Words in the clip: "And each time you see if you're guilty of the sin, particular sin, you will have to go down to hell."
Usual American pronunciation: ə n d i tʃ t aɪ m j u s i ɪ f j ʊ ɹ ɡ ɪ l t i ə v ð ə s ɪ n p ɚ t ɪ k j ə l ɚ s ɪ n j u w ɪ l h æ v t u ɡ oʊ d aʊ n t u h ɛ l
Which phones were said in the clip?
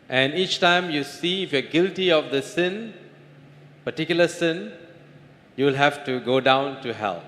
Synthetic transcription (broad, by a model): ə n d i tʃ t aɪ m j u s i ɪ f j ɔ ɡ ɪ l t i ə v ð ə s ɪ n p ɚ t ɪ k j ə l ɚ s ɪ n j u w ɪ l h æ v t u ɡ oʊ d aʊ n t u h ɛ l